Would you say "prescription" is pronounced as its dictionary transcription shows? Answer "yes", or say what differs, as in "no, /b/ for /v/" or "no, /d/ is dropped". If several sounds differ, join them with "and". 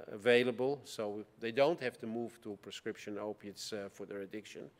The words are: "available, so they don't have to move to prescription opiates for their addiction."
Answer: yes